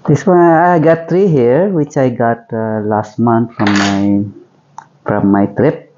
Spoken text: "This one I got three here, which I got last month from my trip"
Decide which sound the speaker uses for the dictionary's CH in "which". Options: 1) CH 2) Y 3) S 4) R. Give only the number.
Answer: 1